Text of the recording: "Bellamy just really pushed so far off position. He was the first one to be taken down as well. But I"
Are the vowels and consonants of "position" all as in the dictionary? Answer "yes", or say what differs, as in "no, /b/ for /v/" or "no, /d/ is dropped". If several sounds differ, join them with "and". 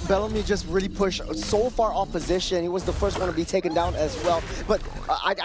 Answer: yes